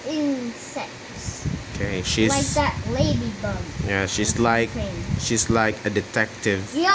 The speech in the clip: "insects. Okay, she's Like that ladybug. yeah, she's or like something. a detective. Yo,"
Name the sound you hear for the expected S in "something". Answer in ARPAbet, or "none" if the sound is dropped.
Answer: SH